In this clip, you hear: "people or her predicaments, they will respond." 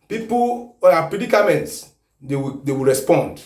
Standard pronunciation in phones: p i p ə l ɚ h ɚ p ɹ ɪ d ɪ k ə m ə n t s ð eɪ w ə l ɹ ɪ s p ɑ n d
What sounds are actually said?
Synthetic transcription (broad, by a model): p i p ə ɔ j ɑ p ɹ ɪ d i k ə m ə n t s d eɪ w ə w ɹ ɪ s p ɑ n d